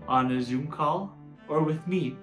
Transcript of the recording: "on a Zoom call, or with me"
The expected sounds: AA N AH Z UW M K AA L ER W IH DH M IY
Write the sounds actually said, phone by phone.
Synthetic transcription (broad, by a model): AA N AH Z UW M K AA L ER W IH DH M IY